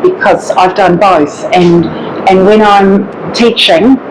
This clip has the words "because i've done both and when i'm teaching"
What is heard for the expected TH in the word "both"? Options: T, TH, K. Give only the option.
TH